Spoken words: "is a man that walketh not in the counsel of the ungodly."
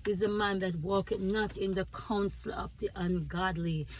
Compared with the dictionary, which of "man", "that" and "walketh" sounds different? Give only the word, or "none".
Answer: walketh